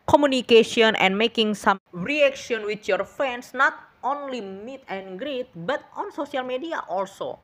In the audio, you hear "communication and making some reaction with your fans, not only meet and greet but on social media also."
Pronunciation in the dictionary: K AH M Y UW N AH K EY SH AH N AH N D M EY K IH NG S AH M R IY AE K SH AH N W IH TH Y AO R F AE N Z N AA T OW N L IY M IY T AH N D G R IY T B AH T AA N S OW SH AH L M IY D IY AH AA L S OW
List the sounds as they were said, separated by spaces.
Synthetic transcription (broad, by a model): K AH M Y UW N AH K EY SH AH N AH N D M EY K IH NG S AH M R IY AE K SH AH N W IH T Y AO R F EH N S N AA T OW N L IY M IY T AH N G R IY T B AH T AA N S OW S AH L M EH D IY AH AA L S OW